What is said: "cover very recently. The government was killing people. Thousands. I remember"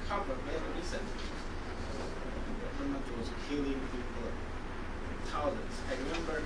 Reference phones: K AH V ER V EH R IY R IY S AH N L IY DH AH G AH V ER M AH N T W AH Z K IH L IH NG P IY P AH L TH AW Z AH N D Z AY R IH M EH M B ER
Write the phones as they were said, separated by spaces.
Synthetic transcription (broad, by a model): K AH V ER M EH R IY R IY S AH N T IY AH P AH IY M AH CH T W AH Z K IH L IH NG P IY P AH L T AW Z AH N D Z AY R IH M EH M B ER